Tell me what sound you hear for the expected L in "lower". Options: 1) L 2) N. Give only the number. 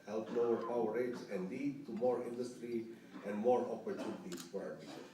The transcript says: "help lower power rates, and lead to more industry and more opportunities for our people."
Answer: 2